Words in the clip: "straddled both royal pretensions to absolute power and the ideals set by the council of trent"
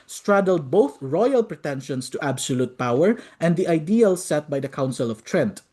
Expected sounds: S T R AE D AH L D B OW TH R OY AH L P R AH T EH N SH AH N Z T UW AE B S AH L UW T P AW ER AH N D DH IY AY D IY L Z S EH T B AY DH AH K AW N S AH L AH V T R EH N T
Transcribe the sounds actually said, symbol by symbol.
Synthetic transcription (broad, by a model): S T R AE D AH L D B OW TH R OY AH L P R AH T EH N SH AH N S T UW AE B S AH L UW T P AW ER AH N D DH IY AY D IY L S EH T B AY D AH K AW N S AH L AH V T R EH N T